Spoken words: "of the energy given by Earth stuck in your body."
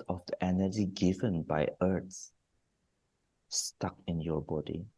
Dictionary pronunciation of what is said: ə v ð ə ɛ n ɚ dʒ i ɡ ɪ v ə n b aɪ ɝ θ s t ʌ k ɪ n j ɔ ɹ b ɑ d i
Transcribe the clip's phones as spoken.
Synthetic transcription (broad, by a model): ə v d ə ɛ n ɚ dʒ i ɡ ɪ v ə n b aɪ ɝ s s t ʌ k ɪ n j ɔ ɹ b ɑ d i